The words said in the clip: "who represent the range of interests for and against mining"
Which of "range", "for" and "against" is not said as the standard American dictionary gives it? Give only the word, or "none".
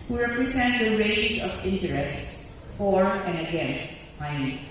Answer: range